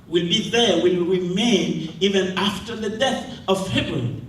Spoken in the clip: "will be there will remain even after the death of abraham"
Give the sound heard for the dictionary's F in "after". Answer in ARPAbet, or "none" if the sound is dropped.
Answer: F